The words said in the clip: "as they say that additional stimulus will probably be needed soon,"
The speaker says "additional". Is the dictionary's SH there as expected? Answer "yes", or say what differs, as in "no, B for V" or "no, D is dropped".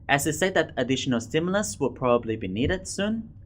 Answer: yes